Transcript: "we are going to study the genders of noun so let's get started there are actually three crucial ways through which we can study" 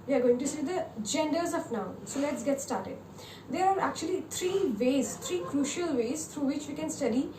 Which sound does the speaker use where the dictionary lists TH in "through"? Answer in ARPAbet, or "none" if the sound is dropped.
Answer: T